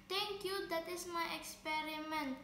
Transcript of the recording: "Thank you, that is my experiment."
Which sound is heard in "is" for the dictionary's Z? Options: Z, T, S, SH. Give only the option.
S